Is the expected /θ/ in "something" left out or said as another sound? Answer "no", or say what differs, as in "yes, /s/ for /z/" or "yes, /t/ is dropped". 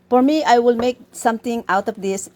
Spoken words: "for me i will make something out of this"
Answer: yes, /t/ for /θ/